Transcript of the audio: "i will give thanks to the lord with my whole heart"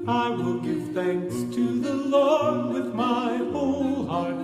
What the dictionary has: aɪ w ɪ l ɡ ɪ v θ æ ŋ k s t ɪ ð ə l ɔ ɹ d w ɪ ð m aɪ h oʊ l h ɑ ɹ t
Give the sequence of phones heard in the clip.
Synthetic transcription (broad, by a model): aɪ w ɪ l ɡ ɪ v θ æ ŋ k s t ɪ ð ə l ɔ ɹ d w ɪ ð m aɪ h oʊ l h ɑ ɹ t